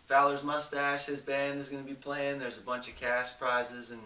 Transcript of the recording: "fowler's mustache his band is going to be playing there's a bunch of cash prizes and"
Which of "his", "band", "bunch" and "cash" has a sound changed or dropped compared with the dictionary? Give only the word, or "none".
cash